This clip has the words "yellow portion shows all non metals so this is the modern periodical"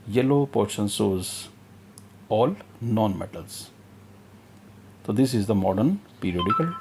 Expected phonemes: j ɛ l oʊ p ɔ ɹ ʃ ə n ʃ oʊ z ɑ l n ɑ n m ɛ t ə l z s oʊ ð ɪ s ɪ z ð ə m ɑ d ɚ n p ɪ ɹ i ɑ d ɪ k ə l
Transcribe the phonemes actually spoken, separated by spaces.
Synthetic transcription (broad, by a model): j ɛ l oʊ p ɔ ɹ ʃ ə n s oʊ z ɑ l n ɑ n m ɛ t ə l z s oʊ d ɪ s ɪ z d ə m ɑ d ɚ n p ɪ ɹ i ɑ d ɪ k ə l